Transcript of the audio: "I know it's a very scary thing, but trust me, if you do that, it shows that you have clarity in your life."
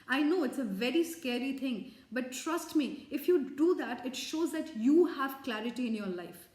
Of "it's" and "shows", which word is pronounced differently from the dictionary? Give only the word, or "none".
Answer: none